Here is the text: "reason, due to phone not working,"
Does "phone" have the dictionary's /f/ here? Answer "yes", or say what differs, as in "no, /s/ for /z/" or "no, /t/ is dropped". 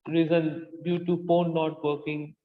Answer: no, /p/ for /f/